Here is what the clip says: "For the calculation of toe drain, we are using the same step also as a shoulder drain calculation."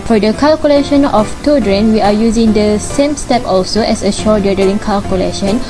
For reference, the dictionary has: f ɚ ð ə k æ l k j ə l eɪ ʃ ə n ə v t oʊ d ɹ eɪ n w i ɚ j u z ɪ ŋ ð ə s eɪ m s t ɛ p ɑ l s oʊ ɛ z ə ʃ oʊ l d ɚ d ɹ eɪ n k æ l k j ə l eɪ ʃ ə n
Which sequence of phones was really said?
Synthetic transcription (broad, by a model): f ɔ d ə k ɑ l k j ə l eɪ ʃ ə n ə f t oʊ d ɹ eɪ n w i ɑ j u z ɪ ŋ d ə s eɪ m s t ɛ p ɑ l s oʊ ɛ s ə ʃ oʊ d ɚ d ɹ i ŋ k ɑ l k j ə l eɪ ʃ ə n